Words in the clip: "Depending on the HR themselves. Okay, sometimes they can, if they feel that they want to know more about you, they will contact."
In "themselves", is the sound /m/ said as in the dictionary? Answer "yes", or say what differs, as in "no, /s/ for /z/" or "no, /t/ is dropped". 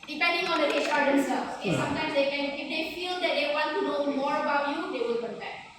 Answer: no, /m/ is dropped